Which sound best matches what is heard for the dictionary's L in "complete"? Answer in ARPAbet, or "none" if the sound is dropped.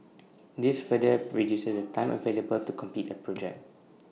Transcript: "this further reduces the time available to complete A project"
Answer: none